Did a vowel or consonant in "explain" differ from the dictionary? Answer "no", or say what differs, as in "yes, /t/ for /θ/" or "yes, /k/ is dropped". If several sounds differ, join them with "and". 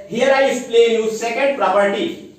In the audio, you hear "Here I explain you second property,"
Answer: yes, /k/ is dropped